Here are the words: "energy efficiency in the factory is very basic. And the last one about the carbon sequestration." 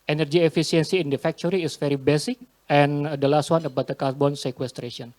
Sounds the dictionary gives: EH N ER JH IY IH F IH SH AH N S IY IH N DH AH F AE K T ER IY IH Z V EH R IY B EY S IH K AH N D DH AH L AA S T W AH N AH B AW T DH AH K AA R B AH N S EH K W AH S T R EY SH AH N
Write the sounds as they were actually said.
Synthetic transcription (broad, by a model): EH N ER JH IY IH F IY S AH N S IY IH N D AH F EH K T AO IY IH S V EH R IY B EY S IH K AH N D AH L AA S T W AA N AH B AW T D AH K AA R B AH N S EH K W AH S T R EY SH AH N